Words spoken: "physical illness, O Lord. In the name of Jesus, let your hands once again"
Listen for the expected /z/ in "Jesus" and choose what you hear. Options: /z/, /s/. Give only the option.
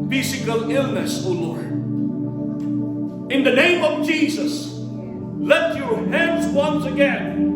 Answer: /z/